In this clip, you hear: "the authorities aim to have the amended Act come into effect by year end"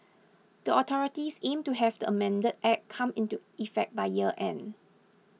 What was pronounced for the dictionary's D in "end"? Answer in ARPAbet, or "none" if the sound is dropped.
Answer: none